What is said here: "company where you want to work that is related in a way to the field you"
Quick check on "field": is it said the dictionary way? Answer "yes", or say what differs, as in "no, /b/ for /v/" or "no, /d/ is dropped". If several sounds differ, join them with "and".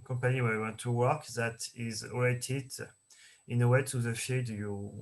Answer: no, /l/ is dropped